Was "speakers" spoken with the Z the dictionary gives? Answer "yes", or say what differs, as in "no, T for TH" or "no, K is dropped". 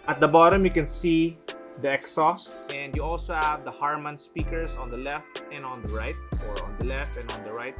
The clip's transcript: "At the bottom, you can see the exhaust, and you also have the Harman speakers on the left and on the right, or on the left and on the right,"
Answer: no, S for Z